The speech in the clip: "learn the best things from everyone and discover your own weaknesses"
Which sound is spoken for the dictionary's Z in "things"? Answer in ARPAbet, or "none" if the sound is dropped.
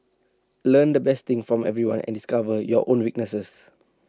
none